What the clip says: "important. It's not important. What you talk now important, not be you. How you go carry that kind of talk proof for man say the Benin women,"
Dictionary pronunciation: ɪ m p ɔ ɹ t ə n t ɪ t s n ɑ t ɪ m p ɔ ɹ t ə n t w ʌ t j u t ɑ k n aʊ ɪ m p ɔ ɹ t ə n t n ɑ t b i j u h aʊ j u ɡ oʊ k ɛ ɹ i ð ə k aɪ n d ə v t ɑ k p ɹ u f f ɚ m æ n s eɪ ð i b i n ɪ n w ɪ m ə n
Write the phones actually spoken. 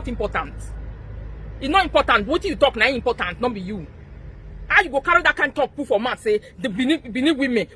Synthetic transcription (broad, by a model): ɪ m p ɔ t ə n t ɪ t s n ɑ t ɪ m p ɔ t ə n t w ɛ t j u t ɑ k n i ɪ m p ɔ t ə n t n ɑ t b i j u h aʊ j u ɡ oʊ k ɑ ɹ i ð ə k aɪ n t ɑ k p u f f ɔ m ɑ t s eɪ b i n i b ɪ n w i m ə n